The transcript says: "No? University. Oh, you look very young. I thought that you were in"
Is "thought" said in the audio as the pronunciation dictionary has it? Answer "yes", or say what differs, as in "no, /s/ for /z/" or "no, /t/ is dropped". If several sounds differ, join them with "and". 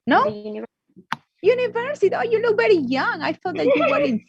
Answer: no, /f/ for /θ/